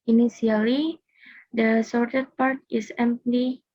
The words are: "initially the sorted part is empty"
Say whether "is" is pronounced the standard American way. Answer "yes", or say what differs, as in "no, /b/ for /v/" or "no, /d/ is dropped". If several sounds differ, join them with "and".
no, /s/ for /z/